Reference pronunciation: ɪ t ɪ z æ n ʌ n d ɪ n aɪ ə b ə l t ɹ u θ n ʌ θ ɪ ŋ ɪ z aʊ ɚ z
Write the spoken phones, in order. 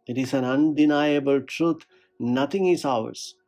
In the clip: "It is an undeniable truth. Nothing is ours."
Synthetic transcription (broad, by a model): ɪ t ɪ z æ n ʌ n d ɪ n aɪ ə b ə l t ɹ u t n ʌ t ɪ ŋ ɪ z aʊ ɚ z